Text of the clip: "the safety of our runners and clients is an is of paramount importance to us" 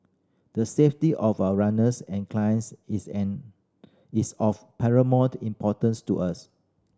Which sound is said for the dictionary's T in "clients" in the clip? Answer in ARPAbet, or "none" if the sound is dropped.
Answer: S